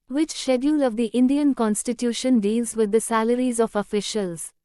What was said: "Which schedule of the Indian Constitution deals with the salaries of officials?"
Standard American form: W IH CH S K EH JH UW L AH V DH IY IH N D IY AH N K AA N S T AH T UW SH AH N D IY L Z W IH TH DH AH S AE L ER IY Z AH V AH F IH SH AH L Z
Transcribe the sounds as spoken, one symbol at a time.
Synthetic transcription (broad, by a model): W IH CH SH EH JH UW L AH V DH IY IH N D IY AH N K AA N S T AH T UW SH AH N D IY L Z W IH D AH S AE L ER IY Z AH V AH F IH SH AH L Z